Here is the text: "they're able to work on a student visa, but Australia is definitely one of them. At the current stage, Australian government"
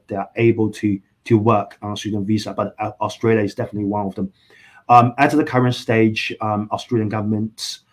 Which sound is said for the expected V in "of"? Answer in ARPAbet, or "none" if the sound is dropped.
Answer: V